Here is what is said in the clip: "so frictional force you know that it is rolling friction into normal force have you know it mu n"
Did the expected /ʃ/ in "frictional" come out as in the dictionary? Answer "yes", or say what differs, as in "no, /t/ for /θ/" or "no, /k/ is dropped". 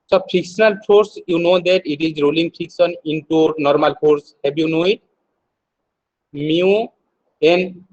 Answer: no, /s/ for /ʃ/